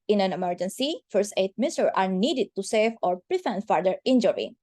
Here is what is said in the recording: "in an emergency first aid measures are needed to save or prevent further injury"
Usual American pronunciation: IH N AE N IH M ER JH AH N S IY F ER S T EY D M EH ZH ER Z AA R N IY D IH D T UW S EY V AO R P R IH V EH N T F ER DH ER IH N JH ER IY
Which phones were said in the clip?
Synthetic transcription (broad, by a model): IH N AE N IH M ER JH AH N S IY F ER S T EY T M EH S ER AA R N IY D IH D T UW S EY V AO R P R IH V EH N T F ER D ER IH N JH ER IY